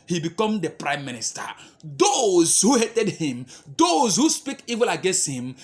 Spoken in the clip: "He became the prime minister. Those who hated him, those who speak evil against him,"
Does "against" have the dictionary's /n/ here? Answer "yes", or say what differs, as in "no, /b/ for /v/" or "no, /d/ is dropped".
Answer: yes